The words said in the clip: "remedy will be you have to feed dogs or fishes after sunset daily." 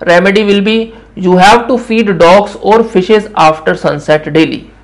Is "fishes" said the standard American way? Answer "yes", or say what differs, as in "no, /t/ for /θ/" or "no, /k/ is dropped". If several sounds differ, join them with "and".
yes